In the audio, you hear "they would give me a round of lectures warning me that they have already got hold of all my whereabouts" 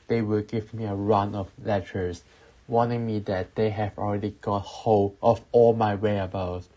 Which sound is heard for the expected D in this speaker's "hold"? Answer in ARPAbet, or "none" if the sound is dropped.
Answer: none